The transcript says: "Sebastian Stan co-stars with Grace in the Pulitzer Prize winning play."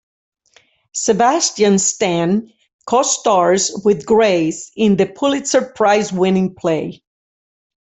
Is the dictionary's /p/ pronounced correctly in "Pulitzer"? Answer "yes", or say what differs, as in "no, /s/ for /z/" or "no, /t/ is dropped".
yes